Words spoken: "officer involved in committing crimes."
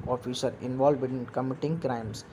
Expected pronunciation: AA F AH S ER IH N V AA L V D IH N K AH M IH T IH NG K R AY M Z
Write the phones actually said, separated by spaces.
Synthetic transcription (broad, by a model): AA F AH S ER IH N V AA L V IH N K AH M IH T IH NG K R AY M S